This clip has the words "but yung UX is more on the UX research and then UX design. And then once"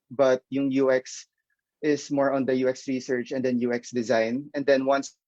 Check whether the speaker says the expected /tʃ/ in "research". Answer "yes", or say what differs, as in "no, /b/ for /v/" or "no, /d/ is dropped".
yes